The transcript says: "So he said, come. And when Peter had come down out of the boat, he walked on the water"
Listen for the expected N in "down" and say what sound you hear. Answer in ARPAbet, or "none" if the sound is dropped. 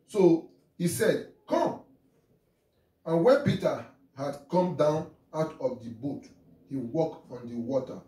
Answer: N